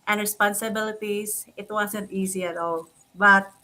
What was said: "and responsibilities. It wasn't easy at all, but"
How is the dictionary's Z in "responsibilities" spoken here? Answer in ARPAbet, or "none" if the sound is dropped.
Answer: S